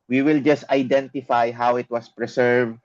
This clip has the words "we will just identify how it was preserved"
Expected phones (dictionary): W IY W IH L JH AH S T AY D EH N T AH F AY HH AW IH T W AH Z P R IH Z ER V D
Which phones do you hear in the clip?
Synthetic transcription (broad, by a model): W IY W IH L JH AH S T AY D EH N T AH F AY HH AW IH T W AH S P R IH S ER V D